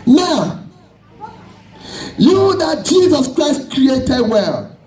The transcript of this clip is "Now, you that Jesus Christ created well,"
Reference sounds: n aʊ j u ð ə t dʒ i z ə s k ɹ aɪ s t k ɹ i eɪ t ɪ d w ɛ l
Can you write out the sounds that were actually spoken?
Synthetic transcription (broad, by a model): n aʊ j u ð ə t dʒ i z ə s k ɹ aɪ s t k ɹ i eɪ t ɪ d w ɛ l